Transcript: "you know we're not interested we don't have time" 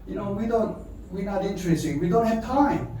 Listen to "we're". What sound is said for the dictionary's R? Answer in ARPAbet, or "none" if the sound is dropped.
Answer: W